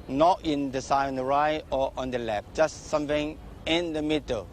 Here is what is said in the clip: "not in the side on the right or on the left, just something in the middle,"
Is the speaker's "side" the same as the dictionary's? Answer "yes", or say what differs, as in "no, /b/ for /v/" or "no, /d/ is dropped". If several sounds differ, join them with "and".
no, /d/ is dropped